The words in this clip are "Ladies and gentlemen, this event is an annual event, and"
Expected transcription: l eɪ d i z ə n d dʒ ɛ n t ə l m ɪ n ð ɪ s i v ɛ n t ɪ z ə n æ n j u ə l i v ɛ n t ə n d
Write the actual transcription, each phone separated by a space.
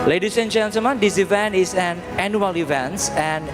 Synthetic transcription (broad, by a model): l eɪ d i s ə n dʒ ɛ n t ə m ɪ n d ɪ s i v ɛ n t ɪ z ə n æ n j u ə l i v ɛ n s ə n